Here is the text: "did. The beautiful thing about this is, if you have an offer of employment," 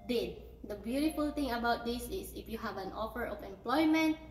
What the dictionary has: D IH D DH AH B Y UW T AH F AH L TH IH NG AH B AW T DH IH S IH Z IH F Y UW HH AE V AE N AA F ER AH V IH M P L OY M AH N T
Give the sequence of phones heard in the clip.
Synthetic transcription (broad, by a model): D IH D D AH B Y UW T AH F AH L T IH NG AH B AW T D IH S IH S IH F Y UW HH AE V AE N AA F ER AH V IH M P L OY M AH N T